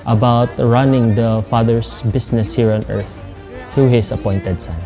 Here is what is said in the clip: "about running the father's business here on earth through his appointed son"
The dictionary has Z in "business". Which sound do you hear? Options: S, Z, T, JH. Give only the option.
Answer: S